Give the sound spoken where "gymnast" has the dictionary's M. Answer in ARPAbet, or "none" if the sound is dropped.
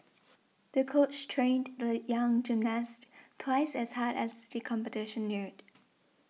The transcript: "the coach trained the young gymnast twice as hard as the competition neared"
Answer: M